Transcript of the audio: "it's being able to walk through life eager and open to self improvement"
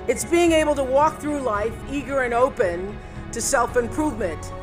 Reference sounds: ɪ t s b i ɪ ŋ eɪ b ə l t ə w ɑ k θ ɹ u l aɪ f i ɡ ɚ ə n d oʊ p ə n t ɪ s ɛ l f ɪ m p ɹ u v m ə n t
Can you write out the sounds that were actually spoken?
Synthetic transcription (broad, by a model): ɪ t s b i ɪ ŋ eɪ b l t ə w ɑ k θ ɹ u l aɪ f i ɡ ɚ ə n oʊ p ə n t ɪ s ɛ l f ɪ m p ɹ u v m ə n t